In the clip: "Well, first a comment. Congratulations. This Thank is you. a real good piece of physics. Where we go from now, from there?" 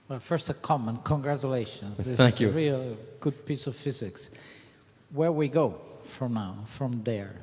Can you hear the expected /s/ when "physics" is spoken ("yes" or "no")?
yes